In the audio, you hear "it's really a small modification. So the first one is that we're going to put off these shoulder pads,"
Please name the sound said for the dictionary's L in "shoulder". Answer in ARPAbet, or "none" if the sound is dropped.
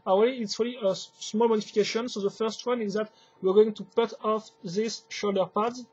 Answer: L